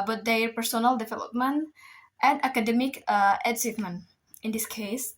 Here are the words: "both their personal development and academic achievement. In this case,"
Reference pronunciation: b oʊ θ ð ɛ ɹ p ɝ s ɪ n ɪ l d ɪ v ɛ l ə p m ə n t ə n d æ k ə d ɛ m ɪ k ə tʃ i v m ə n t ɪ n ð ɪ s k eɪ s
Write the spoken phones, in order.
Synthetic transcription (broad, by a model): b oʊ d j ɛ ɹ p ɝ s ɪ n ɪ l d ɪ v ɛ l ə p m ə n t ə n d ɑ k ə d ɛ m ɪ k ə s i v m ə n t ɪ n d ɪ s k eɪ s